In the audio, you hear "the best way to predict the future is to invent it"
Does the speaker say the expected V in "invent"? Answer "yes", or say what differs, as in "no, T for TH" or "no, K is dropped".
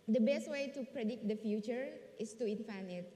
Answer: no, F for V